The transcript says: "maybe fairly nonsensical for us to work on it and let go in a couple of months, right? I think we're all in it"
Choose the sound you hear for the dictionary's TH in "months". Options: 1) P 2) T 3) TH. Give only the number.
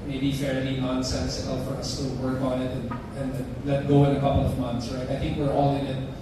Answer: 3